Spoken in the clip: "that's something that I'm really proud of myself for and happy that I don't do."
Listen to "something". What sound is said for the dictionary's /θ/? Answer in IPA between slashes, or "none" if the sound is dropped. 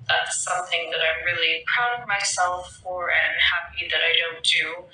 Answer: /θ/